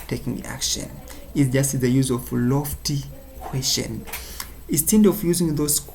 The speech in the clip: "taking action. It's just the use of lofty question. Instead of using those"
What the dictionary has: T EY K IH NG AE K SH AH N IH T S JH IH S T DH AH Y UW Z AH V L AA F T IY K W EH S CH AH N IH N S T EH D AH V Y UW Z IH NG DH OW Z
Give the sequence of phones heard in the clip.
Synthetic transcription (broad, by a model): T EY K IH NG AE K SH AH N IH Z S JH IH S T DH AH Y UW Z AH V L AA F T IY K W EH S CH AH N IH S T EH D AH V Y UW Z IH NG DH OW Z